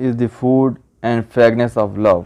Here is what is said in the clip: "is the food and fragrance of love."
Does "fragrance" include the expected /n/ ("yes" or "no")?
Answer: no